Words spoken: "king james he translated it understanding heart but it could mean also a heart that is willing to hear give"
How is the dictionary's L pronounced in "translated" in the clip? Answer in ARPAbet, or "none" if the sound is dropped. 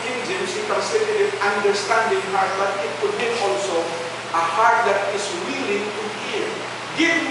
none